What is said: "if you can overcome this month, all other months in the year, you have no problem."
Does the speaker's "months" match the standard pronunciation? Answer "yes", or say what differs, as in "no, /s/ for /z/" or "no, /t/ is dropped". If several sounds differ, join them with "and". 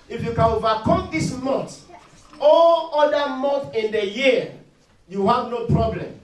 no, /s/ is dropped